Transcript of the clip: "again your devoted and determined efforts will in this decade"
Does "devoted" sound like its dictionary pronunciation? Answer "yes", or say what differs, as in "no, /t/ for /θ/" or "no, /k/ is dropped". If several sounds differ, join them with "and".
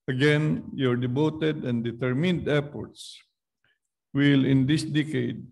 no, /b/ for /v/